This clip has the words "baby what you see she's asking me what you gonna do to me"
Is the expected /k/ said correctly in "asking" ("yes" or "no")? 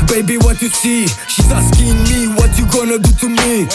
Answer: yes